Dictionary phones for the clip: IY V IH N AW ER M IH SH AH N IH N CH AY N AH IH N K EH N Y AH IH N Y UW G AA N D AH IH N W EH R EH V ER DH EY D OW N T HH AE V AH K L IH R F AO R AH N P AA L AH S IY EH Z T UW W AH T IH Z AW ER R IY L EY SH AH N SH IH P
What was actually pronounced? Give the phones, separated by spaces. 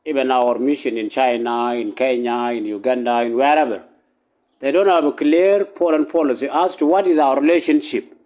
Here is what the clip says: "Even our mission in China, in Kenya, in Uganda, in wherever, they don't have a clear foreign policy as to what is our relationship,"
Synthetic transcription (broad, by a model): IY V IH N AW ER M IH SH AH N IH N CH AY N AH IH N K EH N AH IH N Y UW G AA N D AH IH N W EH R EH V ER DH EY D OW N T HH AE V AH K L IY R P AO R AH N P AA L AH S IY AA S T UW W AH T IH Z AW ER R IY L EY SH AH N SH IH P